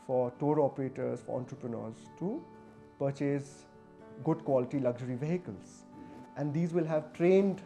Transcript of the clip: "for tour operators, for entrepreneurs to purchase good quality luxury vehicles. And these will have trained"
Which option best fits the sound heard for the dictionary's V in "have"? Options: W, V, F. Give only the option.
V